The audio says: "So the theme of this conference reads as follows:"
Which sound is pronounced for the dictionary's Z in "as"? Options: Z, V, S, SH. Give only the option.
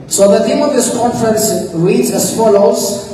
S